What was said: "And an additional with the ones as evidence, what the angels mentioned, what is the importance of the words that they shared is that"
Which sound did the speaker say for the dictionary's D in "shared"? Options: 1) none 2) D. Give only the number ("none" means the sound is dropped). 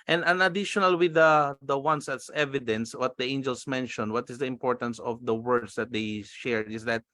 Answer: 1